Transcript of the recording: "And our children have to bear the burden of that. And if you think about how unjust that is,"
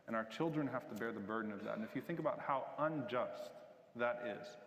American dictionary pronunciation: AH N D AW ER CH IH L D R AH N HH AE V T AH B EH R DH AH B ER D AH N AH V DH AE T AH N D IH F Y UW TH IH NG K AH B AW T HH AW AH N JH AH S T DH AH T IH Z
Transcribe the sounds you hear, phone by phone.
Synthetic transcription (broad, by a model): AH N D AW ER CH IH L D R AH N HH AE F T AH B EH R DH AH B ER D N AH V DH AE T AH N IH F Y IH TH IH NG K AH B AW T HH AW AH N JH AH S T DH AH T IH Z